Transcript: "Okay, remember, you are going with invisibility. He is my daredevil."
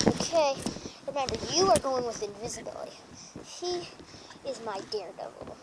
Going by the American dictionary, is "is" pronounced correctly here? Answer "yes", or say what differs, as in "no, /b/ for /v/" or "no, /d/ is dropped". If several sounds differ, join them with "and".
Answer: yes